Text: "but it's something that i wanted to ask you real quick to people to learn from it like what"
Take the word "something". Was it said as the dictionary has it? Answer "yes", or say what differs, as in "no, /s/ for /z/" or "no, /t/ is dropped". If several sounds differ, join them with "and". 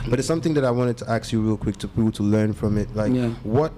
yes